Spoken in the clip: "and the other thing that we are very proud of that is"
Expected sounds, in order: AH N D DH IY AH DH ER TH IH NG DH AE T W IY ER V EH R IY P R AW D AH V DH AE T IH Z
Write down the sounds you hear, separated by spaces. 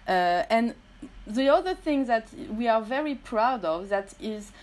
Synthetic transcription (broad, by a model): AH N DH IY AH DH ER TH IH NG DH AE T W IY ER V EH R IY P R AW D AH V DH AE T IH Z